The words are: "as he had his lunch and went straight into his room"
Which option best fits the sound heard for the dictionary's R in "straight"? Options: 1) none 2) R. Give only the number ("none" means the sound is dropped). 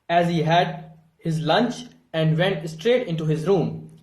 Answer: 2